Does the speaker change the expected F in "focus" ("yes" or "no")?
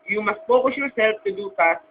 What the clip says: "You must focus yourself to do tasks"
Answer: yes